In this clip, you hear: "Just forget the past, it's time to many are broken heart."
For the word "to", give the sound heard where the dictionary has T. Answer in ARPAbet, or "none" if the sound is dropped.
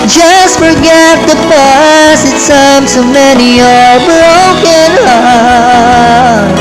S